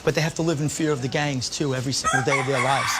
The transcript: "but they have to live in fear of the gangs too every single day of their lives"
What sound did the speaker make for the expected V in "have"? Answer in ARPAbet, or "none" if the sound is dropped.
F